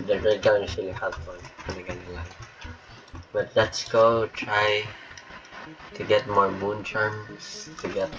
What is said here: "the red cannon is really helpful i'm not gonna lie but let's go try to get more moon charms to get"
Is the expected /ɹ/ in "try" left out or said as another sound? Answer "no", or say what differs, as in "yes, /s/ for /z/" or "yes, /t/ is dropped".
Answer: no